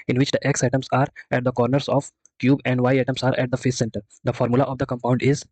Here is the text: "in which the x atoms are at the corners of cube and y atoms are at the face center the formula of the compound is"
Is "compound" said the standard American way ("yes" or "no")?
yes